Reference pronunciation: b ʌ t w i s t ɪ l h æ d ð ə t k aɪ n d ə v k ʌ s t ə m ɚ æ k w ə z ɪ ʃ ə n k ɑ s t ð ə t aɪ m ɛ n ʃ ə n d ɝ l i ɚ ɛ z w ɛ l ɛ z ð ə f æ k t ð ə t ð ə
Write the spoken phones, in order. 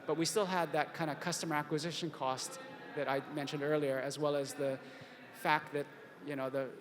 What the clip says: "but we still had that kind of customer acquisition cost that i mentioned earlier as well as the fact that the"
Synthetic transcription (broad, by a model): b ʌ t w i s t ɪ l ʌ d ð ə t k aɪ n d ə k ʌ s t ə m ɚ æ k w ə z ɪ ʃ ə n k ɑ s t ð ə t aɪ m ɛ n ʃ ə n d ɝ l i ɚ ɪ z w ɛ l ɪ z ð ə f æ k t ð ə t ð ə